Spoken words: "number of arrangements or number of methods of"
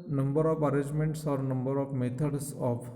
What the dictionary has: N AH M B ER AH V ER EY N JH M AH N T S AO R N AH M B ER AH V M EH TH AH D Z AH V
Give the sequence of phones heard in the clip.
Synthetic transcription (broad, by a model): N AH M B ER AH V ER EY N JH M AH N T S AO R N AH M B ER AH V M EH T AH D S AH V